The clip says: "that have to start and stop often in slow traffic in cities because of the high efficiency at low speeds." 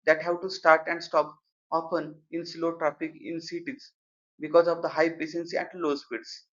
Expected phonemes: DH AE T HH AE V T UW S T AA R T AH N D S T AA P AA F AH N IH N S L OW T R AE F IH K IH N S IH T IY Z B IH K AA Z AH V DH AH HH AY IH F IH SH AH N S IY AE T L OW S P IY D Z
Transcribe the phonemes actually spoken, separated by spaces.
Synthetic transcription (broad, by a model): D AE T HH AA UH T UW S T AA R T AH N D S T AA P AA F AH N IH N S L OW T R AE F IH K IH N S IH T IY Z B IH K AA Z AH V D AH HH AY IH P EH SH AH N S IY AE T L OW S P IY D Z